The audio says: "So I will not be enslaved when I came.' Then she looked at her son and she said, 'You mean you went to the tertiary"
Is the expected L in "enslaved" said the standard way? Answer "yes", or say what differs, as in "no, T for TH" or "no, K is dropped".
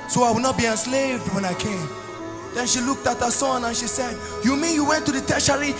yes